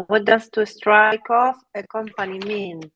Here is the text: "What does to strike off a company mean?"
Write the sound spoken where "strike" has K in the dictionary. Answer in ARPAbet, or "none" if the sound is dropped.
K